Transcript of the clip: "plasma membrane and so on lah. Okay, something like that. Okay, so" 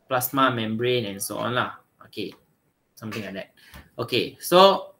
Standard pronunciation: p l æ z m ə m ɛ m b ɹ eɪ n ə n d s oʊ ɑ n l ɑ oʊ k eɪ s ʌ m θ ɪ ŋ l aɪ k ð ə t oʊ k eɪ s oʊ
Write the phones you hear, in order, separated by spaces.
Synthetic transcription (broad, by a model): p l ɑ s m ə m ɛ m b ɹ eɪ n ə n s oʊ ɑ n l ɑ oʊ k eɪ s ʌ m t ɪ ŋ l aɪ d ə t oʊ k eɪ s oʊ